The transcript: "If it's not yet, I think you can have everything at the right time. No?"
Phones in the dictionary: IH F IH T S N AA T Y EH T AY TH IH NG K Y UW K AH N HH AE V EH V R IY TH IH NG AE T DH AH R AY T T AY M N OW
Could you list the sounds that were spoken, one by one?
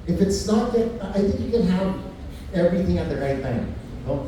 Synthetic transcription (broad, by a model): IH F IH T S N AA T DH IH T AY TH IH NG K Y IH K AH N HH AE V EH V R IY TH IH NG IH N DH AH R AY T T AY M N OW